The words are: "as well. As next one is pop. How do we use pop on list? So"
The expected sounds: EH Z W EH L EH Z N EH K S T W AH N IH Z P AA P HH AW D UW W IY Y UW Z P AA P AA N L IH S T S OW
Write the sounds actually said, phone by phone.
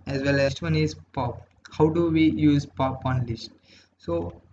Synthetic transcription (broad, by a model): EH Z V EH L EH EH S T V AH N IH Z P AA P HH AW D UW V IY Y UW Z P AA P AA N L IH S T S OW